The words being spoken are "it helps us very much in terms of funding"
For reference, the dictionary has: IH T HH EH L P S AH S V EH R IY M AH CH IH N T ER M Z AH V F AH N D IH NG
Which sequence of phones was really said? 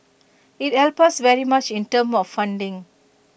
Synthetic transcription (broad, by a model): IH T HH EH L P AH S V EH R IY M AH CH IH N T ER M AH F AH N D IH NG